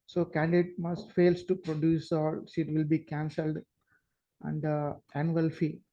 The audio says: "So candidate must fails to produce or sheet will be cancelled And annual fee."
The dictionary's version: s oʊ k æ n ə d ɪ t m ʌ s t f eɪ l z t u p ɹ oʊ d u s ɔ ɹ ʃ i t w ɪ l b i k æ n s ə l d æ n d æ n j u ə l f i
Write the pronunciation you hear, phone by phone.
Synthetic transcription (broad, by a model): s oʊ k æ n d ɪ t m ʌ s t f eɪ l s t u p ɹ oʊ d u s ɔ l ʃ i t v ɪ l b i k æ n s ə l d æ n d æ n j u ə l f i